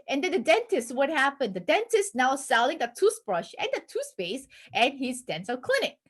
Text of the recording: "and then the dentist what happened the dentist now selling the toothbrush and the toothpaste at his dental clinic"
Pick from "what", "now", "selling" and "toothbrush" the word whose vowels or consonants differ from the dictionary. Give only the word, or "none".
toothbrush